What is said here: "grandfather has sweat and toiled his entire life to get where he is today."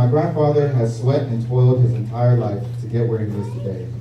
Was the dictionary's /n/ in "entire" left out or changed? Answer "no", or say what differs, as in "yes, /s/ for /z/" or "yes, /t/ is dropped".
no